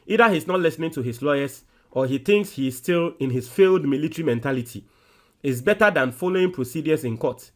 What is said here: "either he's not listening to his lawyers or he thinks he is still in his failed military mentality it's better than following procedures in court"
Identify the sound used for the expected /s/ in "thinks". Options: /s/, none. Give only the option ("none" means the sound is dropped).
/s/